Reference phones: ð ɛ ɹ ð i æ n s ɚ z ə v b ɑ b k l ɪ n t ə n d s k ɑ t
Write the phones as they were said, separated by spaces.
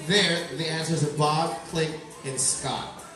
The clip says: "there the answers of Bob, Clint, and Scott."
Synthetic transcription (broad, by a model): ð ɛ ɹ ð i æ n s ɚ z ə b ɑ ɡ k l ɪ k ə n s k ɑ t